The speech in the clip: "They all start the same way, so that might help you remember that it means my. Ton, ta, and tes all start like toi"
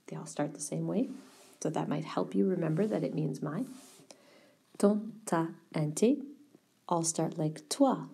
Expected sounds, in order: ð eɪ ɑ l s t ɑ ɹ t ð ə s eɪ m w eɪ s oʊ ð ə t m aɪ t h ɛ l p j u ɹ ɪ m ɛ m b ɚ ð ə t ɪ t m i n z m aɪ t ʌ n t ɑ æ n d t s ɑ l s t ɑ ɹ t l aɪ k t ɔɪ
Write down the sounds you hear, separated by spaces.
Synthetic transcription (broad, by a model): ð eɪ ɑ l s t ɑ ɹ t ð ə s eɪ m w eɪ s oʊ ð ə t m aɪ t h ɛ l p j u ɹ ɪ m ɛ m b ɚ ð ə t ɪ t m i n z m aɪ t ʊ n t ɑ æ n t t ɑ l s t ɑ ɹ t l aɪ k t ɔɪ